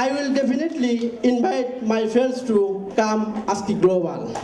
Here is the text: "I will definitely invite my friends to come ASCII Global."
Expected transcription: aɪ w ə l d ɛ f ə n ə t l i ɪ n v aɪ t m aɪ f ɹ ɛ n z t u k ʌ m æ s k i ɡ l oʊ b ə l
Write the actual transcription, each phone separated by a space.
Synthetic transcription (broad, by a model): aɪ w ə l d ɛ p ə n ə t l i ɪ n b aɪ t m aɪ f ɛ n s t u k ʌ m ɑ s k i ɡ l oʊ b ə l